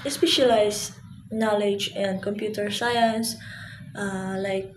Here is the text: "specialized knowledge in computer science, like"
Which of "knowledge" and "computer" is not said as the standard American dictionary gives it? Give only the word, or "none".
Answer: none